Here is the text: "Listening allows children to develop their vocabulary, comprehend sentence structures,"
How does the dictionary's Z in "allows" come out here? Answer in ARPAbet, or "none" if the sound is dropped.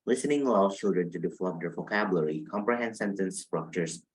none